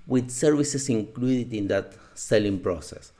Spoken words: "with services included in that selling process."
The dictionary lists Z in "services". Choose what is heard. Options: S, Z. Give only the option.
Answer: S